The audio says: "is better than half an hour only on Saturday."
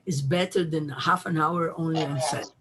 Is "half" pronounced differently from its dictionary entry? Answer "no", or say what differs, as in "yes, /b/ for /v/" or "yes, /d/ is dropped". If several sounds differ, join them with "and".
no